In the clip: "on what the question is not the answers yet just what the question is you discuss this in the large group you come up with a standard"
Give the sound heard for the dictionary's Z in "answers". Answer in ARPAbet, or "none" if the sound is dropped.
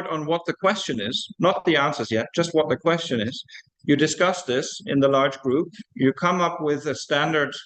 Z